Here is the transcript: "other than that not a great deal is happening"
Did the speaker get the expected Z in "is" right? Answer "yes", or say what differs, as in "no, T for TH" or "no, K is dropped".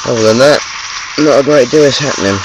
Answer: no, S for Z